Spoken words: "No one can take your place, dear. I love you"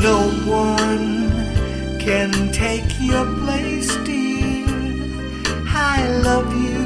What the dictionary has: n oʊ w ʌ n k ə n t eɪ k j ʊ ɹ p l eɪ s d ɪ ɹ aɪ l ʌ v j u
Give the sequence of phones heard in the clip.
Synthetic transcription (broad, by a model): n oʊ w ʌ n k ə n t eɪ k j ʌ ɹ p l eɪ s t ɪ l aɪ l ʌ v j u